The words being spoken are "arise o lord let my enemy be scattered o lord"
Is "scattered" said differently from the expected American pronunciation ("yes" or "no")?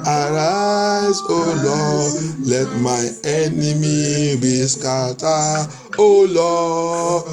yes